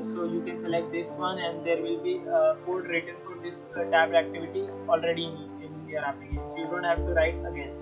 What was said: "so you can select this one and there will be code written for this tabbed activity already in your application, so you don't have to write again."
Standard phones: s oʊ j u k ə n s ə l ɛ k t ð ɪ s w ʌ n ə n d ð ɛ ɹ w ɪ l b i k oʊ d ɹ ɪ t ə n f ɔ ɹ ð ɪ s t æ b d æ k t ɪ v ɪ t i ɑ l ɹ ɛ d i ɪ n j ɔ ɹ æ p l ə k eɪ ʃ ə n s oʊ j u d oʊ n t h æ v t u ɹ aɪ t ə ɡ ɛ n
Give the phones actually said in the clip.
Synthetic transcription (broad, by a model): s oʊ j u k ə n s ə l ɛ t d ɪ s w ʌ n ə n d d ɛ ɹ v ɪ l b i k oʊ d ɹ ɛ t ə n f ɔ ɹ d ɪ s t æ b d æ k t ɪ v ɪ t i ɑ l ɹ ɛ d i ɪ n j ɔ ɹ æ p ə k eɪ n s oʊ j u d oʊ n t h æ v t u ɹ aɪ t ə ɡ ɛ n